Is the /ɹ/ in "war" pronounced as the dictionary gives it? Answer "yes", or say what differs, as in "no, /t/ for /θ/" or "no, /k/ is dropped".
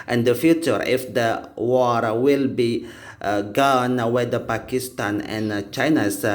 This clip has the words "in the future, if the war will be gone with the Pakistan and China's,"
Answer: yes